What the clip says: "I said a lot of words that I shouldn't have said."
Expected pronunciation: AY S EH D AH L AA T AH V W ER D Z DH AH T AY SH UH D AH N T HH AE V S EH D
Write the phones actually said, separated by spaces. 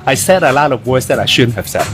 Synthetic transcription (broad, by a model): AY S EH D AH L AA T AH V W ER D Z DH AH T AY SH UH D N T HH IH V S EH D